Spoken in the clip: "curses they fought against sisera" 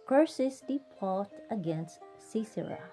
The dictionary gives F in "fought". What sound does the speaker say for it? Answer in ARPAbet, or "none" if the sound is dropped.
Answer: P